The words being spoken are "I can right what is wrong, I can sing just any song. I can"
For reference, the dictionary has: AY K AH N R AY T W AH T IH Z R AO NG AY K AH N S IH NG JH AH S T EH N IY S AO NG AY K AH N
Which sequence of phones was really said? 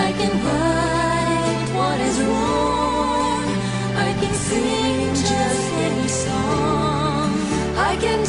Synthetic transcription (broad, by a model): AY K AH N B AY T W AH T IH Z R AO AY K AH N S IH JH AH S T EH N IY S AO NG AY K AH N